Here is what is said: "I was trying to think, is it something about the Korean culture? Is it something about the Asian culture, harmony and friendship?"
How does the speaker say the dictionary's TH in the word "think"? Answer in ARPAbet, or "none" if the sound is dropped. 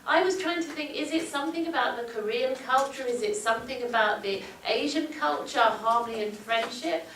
TH